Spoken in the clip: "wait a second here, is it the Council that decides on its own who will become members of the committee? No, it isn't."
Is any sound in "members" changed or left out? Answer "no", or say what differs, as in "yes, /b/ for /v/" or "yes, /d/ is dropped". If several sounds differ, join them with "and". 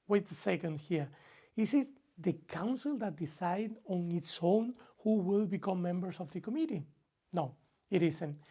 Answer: yes, /s/ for /z/